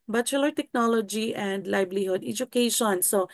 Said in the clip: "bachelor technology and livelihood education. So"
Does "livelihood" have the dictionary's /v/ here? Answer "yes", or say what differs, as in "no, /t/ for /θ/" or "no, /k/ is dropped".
no, /b/ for /v/